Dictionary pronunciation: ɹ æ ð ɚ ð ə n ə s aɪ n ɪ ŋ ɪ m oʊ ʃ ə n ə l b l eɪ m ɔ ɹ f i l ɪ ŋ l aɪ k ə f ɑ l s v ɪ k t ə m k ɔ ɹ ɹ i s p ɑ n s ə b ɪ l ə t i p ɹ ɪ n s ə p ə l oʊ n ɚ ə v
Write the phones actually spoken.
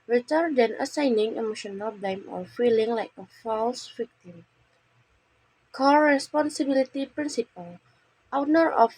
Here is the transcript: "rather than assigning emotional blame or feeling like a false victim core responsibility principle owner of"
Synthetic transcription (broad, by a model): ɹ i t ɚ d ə n ə s aɪ n ɪ ŋ ɪ m oʊ ʃ ə n ə l b l eɪ m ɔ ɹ f i l ɪ ŋ l aɪ k ə f ɑ l s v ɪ k t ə m k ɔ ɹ ɹ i s p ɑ n s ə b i l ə t i p ɹ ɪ n s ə p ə l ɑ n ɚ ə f